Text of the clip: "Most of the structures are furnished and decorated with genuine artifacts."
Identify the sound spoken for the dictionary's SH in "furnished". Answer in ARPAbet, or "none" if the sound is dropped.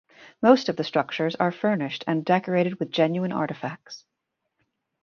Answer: SH